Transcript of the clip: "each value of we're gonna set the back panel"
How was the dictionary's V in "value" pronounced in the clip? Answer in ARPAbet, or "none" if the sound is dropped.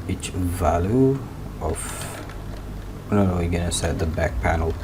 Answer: V